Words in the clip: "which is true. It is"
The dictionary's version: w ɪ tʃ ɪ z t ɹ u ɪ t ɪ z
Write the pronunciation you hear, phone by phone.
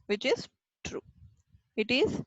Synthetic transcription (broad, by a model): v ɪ tʃ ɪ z t ɹ u ɪ t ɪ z